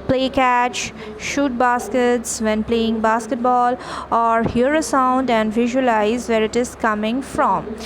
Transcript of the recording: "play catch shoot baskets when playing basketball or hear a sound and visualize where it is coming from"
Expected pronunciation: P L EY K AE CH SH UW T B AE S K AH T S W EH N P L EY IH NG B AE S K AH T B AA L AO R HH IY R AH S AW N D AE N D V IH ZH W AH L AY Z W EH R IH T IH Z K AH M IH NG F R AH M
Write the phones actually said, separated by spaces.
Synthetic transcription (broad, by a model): P L EY K AE CH SH UW T B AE S K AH T S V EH N P L EY IH NG B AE S K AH T B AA L AO R HH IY R AH S AW N D AE N D V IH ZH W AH L AY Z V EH R IH T IH Z K AH M IH NG F R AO M